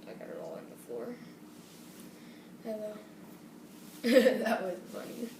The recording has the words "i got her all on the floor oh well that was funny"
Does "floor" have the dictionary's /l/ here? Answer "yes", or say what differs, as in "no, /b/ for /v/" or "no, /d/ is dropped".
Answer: no, /l/ is dropped